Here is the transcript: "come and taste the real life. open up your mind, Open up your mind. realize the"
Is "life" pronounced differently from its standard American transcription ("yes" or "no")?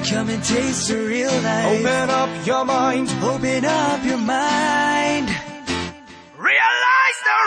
yes